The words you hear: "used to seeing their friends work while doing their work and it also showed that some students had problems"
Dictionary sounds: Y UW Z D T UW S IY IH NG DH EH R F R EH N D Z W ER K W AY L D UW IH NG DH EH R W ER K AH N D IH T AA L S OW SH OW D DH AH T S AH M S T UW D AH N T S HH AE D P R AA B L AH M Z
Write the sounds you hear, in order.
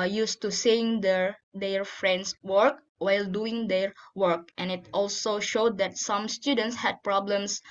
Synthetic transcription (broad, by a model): Y UW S T UW S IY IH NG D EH R F R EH N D S W ER K W AY L D UW IH NG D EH R W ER K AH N IH T AA L S OW SH OW D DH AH T S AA M S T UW D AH N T S HH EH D P R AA B L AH M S